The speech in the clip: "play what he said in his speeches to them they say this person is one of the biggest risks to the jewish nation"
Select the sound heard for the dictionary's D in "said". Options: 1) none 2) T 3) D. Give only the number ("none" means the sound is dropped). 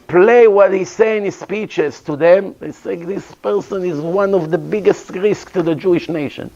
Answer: 1